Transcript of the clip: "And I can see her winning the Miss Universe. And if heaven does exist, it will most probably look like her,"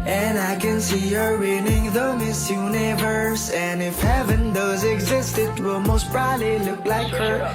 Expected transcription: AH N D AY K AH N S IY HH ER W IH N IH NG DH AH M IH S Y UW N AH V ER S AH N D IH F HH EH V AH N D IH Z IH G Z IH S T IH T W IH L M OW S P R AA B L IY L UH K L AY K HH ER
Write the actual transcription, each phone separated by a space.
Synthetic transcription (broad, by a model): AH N AY K AH N S IY HH ER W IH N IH NG DH AH M IH S Y UW N AH V ER S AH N IH F HH EH V AH N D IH Z IH G Z IH S T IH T W IH L M OW S B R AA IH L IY L UH K L AY K HH ER